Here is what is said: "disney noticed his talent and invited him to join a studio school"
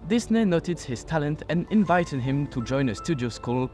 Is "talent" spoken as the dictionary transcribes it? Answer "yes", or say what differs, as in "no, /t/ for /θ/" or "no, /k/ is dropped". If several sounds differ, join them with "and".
yes